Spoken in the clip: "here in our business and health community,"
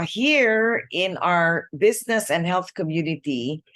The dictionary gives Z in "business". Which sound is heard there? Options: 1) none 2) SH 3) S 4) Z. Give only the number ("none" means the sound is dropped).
4